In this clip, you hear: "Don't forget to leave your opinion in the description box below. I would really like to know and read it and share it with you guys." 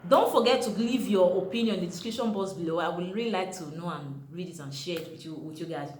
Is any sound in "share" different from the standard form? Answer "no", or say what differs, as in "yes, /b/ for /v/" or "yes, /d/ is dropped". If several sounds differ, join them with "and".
yes, /w/ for /ɹ/